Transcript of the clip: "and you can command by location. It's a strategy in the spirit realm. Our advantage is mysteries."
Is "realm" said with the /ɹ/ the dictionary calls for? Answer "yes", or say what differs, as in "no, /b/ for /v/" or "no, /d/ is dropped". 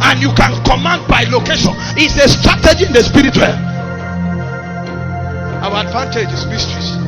no, /w/ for /ɹ/